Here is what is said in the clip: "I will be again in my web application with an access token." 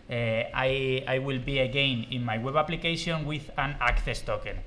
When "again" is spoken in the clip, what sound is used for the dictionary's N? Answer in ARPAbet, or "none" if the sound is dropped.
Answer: N